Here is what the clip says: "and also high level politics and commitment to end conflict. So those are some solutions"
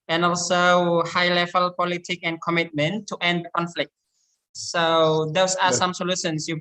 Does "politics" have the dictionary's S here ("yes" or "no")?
no